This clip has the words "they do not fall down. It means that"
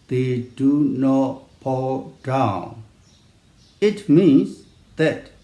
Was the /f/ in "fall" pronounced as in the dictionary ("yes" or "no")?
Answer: no